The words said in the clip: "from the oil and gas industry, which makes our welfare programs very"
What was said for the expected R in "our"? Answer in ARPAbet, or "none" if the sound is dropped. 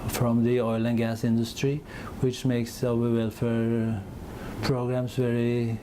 W